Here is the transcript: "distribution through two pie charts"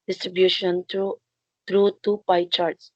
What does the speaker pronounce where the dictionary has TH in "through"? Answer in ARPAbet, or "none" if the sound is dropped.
T